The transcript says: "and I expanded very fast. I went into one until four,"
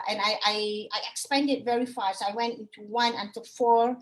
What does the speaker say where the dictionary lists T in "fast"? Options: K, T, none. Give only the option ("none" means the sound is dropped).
none